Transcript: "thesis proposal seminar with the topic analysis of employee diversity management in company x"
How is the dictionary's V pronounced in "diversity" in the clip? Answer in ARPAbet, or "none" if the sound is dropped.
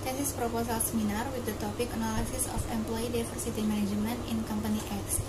F